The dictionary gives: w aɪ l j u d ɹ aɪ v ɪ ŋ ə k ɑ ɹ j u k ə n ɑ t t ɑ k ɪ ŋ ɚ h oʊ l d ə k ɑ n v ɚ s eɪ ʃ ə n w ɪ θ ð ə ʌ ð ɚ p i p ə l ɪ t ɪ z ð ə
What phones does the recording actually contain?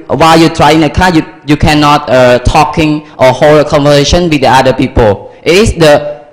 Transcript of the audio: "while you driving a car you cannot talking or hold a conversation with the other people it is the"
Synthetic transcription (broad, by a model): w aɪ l j u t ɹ aɪ ɪ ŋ ə k ɑ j j u k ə n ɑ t t ɑ k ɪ ŋ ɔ h oʊ l d ə k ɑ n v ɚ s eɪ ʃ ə n w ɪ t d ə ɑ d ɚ p i p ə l ɪ t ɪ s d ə